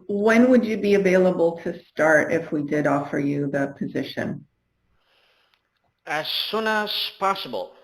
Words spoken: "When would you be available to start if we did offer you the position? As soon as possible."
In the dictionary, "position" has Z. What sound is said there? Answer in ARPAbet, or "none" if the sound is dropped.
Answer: Z